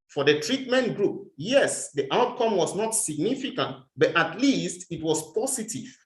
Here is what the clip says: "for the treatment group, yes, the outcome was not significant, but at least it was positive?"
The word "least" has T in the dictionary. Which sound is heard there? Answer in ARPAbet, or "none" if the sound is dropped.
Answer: T